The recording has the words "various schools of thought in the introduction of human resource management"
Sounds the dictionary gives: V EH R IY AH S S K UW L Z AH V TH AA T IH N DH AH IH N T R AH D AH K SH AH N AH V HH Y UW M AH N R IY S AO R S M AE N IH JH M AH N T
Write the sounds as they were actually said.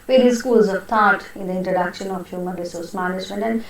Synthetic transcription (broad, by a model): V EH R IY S S K UW L Z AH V T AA T IH N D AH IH N T R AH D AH K SH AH N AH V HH Y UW M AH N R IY S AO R S M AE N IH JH M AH N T